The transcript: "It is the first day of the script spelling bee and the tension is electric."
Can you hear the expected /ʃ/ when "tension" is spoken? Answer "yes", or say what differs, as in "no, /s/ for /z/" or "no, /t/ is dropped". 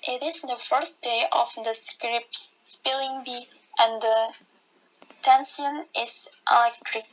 no, /s/ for /ʃ/